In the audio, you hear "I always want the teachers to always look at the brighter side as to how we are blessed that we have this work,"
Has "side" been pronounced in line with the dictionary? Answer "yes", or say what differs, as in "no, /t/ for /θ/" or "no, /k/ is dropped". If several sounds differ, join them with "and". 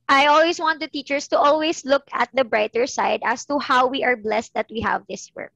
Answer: yes